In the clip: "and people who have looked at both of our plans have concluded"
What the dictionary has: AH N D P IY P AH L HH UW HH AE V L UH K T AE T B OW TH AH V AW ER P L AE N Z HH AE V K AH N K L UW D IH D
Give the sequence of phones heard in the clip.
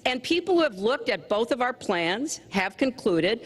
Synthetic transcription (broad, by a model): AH N P IY P L HH UW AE V L UH K T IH T B OW TH AH V AW ER P L AE N Z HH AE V K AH N K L UW D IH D